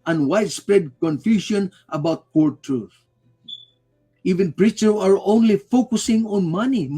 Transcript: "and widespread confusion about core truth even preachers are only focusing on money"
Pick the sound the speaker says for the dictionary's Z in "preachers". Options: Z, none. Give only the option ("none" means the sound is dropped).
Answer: none